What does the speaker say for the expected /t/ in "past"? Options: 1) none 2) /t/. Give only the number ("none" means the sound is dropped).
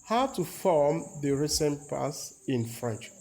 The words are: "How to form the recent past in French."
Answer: 1